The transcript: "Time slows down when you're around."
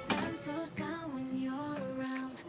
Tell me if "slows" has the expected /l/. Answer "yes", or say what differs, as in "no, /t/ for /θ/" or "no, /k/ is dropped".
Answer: no, /l/ is dropped